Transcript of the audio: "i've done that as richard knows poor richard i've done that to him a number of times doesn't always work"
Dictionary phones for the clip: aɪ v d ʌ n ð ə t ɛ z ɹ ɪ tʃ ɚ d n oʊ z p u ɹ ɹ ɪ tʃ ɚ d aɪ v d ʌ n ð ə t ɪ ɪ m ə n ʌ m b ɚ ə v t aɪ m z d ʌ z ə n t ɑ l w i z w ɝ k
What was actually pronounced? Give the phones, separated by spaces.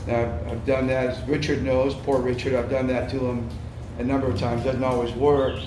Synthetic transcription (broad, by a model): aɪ v d ʌ n ð ə t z ɹ ɪ tʃ ɚ d n oʊ z p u ɹ ɹ ɪ tʃ ɚ d aɪ v d ʌ n ð ə t ɪ ɪ m ə n ʌ m b ɚ ə v t aɪ m z d ʌ z n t ɑ l w i z w ɝ k